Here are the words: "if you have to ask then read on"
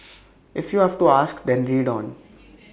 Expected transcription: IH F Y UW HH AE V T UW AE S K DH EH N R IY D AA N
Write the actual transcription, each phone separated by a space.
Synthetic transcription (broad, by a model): IH F Y UW HH AE V T UW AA S K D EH N R IY D AA N